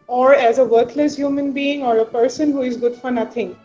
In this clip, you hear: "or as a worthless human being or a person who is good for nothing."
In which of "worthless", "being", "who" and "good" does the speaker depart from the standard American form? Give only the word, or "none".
worthless